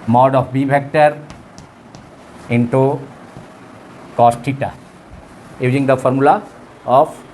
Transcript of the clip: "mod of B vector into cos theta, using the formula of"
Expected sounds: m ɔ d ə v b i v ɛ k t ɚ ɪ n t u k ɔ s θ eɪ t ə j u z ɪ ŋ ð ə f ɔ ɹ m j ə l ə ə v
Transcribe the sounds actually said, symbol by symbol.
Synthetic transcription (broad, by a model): m ɔ d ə f b i b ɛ k t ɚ ɪ n t u k ɔ s t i t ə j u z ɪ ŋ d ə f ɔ ɹ m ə l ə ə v